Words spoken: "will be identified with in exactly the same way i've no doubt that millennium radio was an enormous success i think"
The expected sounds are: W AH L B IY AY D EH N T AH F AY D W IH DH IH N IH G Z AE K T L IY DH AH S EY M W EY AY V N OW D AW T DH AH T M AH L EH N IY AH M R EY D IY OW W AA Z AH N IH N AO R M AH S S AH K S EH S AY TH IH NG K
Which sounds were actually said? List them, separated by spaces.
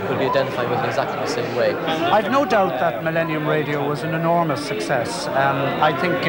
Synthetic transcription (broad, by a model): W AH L B IY AY D EH N T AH F AY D W IH DH IH N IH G Z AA K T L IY DH AH S EY M W EY AY V N OW D AW T DH AH T M AH L EH N IY AH M R EY D IY OW W AA Z AH N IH N AO R M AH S S AH K S EH S AY TH IH NG K